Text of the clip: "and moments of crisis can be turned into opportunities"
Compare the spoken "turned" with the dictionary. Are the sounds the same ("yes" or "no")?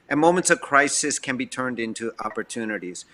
yes